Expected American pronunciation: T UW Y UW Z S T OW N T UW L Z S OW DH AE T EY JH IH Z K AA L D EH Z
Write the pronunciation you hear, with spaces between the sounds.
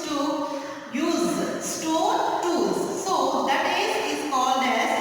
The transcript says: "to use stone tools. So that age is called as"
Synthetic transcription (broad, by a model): T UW Y UW Z S T OW N T UW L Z S OW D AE T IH Z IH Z K AA L D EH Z